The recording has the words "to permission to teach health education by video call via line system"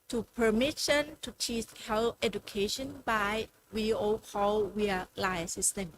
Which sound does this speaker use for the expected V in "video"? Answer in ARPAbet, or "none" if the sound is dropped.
W